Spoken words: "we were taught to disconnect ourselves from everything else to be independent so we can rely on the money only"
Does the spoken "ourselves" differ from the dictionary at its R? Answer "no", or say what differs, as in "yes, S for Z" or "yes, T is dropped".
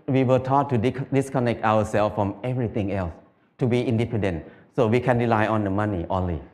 yes, W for R